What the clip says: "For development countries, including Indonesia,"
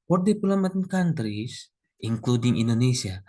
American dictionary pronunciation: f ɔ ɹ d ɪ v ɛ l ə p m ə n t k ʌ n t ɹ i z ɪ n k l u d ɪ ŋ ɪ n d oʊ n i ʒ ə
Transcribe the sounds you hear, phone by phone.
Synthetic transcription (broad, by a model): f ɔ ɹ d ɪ p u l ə m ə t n k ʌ n t ɹ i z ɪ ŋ k l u d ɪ ŋ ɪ n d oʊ n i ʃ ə